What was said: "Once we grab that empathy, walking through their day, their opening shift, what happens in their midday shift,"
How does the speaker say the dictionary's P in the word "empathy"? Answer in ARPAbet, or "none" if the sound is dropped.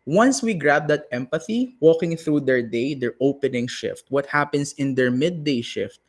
P